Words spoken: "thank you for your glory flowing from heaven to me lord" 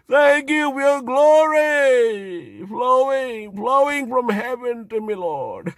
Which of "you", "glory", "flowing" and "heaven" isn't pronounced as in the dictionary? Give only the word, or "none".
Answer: glory